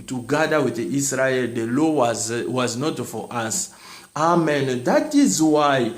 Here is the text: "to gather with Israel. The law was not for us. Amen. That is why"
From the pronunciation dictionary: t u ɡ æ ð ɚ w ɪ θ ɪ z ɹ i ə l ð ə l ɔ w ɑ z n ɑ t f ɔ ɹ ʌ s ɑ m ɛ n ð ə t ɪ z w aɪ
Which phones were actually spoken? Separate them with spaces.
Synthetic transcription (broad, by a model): t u ɡ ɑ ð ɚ w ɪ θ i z ɹ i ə l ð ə l ɔ w ɑ z n ɑ t f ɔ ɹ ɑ s ɑ m ɛ n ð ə t ɪ z w aɪ